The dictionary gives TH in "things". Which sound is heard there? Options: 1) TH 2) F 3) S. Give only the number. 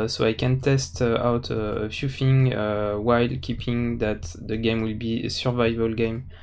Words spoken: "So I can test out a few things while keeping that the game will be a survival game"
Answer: 2